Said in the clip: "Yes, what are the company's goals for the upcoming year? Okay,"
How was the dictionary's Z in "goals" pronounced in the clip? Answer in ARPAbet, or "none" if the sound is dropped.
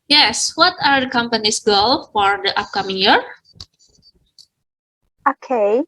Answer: none